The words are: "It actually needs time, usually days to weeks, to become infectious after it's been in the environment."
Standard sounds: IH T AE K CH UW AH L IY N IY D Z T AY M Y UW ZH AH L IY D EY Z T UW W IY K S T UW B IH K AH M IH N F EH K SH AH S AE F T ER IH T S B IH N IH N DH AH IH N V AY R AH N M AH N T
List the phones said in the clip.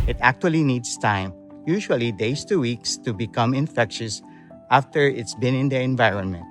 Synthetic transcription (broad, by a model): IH T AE K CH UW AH L IY N IY D S T AY M Y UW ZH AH L IY D EY S T UW W IY K S T UW B IH K AH M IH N F EH K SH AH S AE F T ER IH T S B IH N IH N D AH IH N V AY R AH N M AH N T